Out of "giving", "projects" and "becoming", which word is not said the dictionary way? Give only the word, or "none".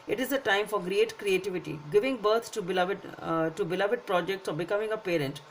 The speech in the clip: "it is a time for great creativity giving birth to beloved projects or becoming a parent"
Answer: none